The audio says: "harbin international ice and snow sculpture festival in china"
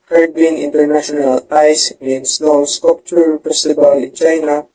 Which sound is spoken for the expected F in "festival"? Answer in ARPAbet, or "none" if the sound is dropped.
P